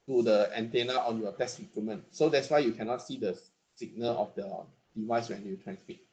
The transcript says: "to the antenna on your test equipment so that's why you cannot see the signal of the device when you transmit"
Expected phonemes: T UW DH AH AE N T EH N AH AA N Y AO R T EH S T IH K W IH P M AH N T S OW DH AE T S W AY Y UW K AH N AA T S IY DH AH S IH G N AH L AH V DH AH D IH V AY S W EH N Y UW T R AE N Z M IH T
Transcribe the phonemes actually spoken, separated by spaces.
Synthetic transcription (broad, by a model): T UW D AH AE N T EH N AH AA N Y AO T EH S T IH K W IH M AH N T S OW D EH T S W AY Y UW K AH N AA T S IY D AH S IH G N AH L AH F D AH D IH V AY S W EH N Y UW T R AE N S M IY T